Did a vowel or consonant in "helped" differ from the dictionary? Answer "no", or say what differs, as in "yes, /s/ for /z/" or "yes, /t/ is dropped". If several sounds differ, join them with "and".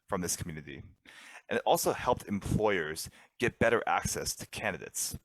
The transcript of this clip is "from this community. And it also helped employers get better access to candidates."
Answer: no